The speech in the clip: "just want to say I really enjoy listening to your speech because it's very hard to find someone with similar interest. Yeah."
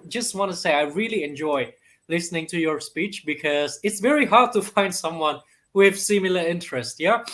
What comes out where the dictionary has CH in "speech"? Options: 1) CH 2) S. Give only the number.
1